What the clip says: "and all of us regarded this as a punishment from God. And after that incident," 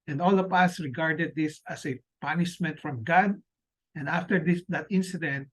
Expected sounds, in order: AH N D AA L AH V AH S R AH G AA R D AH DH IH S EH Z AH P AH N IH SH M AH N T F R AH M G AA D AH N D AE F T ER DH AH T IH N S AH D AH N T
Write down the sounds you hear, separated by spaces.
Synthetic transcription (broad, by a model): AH N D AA L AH P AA S R AH G AA R D AH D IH S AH S AH P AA N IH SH M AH N T F R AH M G AA D AH N D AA F T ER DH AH T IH N S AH D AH N T